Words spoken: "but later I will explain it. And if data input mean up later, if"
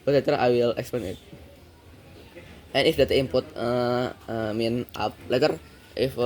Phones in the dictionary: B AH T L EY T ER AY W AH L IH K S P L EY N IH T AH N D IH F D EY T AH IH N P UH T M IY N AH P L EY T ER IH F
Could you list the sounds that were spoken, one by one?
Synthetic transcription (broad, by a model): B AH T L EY T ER AY W AH L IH K S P EY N IH T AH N IH F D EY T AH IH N P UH T M IY N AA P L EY T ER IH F